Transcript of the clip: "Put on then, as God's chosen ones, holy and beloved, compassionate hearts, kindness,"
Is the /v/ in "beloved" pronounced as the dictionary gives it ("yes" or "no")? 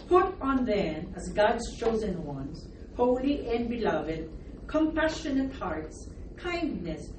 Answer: yes